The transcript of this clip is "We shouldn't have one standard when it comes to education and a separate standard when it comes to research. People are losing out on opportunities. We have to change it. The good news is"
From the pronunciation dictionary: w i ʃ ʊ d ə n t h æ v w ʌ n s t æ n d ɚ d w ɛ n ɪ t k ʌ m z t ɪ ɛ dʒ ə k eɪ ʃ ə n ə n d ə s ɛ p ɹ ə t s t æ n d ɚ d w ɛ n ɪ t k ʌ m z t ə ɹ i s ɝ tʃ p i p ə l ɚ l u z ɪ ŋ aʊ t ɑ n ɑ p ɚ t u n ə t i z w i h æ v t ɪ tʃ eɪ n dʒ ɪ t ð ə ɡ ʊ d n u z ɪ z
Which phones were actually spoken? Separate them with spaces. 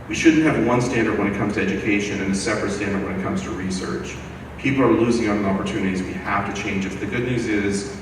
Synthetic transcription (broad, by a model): w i ʃ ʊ d n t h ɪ v w ʌ n s t æ n d ɚ d w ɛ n ɪ t k ʌ m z t ɪ ɛ dʒ ə k eɪ ʃ ə n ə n ə s ɛ p ɹ ə t s t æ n d ɚ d w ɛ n ɪ t k ʌ m z t ə ɹ i s ɝ tʃ p i p l ɚ l u z ɪ ŋ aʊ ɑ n ɑ p ɚ t u n ə t i z w i h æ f t ɪ tʃ eɪ n dʒ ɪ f ð ə ɡ ʊ d n u z ɪ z